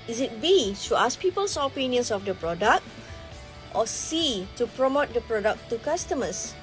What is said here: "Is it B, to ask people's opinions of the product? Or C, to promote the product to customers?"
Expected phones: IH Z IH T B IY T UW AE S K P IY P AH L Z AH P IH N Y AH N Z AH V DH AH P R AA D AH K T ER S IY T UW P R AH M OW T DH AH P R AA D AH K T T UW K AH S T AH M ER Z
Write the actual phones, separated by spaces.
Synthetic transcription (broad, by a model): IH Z IH T B IY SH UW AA S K P IY P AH L S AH P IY N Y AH N S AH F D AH P R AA D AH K T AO S IY T UW P R AH M OW T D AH P R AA D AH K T T UW K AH S T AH M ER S